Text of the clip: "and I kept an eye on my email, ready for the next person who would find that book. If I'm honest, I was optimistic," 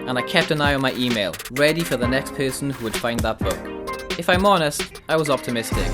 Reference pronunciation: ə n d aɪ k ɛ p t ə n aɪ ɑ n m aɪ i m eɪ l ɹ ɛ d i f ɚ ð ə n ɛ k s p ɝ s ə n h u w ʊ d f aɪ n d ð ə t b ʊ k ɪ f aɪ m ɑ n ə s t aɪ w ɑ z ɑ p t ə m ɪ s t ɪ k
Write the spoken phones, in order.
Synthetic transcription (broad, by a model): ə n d aɪ k ɛ p t ə n aɪ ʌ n m aɪ i m eɪ l ɹ ɛ d i f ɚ ð ə n ɛ k s p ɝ s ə n h u w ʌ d f aɪ n ð ə t b ʊ k ɪ f aɪ m ɑ n ə s t aɪ w ɑ z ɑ p t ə m ɪ s t ɪ k